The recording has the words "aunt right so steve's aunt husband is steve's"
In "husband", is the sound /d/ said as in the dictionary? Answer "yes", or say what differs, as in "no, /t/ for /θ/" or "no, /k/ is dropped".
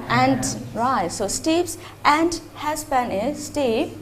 no, /d/ is dropped